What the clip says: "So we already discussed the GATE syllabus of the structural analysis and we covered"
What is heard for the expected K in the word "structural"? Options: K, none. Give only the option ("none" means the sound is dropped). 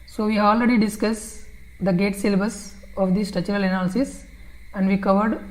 none